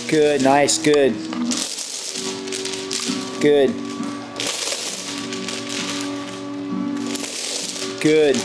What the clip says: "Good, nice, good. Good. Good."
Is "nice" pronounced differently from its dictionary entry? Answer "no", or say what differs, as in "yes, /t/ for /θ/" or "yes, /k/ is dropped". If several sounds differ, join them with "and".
no